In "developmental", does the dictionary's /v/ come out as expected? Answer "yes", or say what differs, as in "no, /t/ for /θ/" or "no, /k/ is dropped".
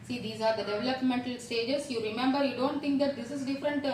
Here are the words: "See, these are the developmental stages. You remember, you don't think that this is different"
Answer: yes